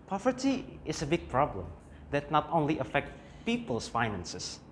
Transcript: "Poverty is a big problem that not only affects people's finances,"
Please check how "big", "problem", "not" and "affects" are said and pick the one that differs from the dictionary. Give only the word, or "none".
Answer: affects